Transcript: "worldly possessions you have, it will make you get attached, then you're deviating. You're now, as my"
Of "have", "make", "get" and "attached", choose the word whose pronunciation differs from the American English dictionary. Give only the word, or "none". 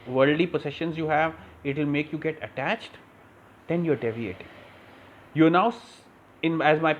none